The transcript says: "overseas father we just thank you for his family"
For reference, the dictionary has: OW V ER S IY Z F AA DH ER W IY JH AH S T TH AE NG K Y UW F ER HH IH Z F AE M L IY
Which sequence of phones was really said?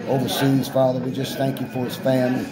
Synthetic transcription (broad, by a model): OW V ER S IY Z F AA DH ER W IY JH AH S TH AE NG K Y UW F ER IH S F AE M L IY